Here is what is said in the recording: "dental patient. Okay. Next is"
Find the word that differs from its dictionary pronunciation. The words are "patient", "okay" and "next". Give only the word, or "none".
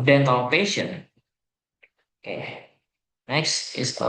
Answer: patient